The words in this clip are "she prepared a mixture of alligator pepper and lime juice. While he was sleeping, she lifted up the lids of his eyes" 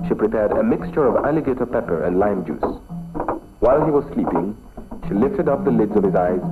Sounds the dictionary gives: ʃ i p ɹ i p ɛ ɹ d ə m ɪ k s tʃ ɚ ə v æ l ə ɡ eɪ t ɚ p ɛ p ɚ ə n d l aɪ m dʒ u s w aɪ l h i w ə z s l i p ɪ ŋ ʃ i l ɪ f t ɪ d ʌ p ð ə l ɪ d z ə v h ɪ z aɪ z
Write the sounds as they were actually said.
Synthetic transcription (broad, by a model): ʃ i p ɹ i p ɛ ɹ d ə m ɪ k s tʃ ɚ ə v æ l ə ɡ eɪ t ɚ p ɛ p ɚ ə n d l aɪ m dʒ u s w aɪ l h i w ə z s l i p ɪ ŋ ʃ i l ɪ f t ɪ d ʌ p ð ə l ɪ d z ə v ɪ z aɪ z